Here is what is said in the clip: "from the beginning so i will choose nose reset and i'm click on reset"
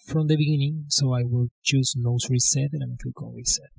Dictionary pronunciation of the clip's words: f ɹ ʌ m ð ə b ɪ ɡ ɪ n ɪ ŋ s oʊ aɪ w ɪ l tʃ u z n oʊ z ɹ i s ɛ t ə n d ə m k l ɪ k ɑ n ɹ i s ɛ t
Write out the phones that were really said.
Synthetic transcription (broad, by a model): f ɹ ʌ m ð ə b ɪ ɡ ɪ n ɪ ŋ s oʊ aɪ w ɪ l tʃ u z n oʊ s ɹ i s ɛ t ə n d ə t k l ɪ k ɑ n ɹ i s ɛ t